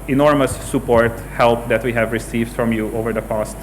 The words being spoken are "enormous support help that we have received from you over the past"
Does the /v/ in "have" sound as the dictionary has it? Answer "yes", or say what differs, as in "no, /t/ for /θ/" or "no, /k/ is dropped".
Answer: yes